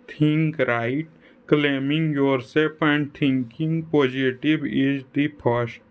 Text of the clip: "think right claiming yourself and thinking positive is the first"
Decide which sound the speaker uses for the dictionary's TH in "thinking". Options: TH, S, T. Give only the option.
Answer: T